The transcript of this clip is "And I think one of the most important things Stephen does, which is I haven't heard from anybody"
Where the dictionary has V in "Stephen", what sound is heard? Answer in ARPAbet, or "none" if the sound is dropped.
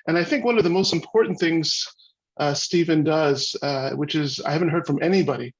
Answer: V